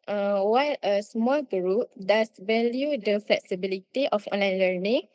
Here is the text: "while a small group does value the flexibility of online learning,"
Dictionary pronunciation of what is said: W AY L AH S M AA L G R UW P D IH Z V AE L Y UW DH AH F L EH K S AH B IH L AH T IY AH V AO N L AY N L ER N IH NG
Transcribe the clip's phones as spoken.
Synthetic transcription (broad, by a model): W AY L AH S M AA L G R UW P D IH S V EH L Y UW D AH F L EH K S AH B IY L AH T IY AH F AO N L AY N L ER N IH NG